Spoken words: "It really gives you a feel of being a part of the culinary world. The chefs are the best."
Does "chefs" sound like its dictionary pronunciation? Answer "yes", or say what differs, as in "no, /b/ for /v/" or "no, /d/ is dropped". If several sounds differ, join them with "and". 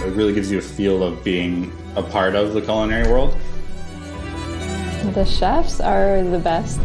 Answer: yes